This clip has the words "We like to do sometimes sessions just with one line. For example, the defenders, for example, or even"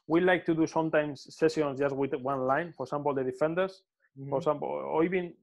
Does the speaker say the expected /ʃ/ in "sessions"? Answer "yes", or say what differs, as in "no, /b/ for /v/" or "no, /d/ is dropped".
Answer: no, /s/ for /ʃ/